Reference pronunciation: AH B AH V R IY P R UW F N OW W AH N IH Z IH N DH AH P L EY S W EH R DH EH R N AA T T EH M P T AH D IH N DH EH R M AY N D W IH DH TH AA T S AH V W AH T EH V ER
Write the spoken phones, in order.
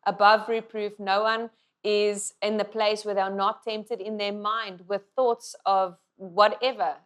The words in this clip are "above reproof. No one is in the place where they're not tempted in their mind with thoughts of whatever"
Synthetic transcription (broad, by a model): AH B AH V R IY P R UW F N OW W AH N IH Z IH N DH AH P L EY S W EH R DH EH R N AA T T EH M P T AH D IH N DH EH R M AY N D W IH DH TH AA T S AH V W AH T EH V ER